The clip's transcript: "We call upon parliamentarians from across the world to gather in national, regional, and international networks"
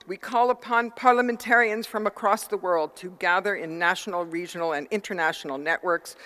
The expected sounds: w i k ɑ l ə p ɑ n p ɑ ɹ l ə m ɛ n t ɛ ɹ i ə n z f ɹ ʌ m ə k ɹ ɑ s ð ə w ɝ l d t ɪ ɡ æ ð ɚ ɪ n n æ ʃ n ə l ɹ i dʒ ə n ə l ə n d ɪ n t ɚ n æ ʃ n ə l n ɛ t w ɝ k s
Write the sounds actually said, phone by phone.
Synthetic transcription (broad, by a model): w i k ɑ l ə p ɑ n p ɑ ɹ l ə m ɛ n t ɛ ɹ i ə n z f ɹ ʌ m ə k ɹ ɑ s ð ə w ɝ l d t ɪ ɡ æ ð ɚ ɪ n n æ ʃ n l ɹ i dʒ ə n l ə n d ɪ n t ɚ n æ ʃ n l n ɛ t w ɝ k s